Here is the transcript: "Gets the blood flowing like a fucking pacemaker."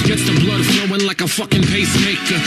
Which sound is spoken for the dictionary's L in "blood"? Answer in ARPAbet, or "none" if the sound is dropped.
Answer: L